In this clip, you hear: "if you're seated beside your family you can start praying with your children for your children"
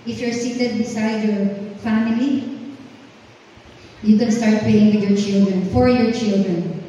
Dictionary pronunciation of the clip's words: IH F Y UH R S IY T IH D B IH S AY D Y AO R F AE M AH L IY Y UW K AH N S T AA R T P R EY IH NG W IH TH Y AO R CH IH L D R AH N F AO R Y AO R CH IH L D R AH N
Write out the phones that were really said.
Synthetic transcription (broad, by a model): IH F Y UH R S IY T IH D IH S AY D Y AO R F AE M AH L IY Y UW K AH N S T AA R T P EY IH NG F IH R Y AO R CH IH L D R AH N F AO R Y AO R CH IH L D R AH N